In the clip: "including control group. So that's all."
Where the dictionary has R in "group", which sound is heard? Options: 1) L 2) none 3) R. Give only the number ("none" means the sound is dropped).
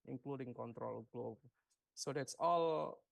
1